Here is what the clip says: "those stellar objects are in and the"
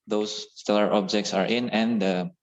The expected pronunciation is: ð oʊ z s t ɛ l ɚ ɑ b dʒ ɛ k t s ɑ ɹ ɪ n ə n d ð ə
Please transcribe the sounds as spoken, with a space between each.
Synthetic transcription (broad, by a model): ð oʊ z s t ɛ l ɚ ɑ b dʒ ɛ k t s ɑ ɹ ɪ n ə n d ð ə